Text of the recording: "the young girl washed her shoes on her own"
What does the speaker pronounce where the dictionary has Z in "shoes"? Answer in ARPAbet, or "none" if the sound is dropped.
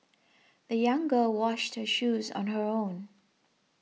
Z